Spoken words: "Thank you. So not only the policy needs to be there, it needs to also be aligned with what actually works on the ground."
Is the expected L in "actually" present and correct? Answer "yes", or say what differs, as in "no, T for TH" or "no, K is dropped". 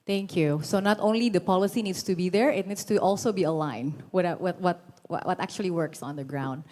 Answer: yes